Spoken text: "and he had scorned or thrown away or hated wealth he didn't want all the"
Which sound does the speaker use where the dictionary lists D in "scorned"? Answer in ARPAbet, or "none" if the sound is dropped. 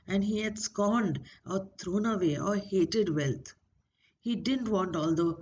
D